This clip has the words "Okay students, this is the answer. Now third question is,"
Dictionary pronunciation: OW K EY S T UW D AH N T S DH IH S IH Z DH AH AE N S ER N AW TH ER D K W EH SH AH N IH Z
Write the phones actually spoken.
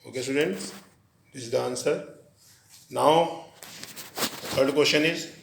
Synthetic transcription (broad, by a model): OW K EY S T UW D AH N T S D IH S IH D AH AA N S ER N AW T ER D K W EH S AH N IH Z